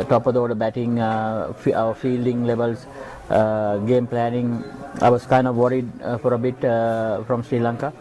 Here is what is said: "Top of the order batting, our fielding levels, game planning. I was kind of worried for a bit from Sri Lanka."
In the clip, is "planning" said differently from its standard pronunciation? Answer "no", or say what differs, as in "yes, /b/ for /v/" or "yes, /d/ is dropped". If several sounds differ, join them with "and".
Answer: no